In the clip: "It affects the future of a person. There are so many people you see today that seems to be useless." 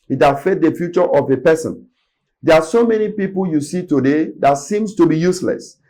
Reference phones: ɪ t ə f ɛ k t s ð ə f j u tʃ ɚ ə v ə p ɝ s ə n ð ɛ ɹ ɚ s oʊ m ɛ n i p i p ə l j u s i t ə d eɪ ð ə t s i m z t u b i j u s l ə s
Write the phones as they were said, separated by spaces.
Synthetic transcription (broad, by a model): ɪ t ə f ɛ t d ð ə f j u tʃ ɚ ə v ə p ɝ s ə n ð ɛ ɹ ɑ s oʊ m ɛ n i p i p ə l j u s i t ə d eɪ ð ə t s i m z t u b i j u s l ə s